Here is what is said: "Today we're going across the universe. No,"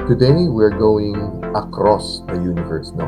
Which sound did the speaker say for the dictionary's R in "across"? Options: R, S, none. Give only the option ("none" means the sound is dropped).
R